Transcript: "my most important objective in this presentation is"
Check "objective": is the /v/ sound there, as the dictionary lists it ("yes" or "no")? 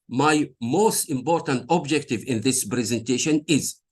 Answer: yes